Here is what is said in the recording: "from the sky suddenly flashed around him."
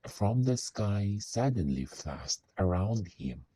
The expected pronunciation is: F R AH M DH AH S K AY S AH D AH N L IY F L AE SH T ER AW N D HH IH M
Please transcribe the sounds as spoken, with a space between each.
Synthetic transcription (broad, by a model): F R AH M DH AH S K AY S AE D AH N L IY F AE S T ER AW N D HH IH M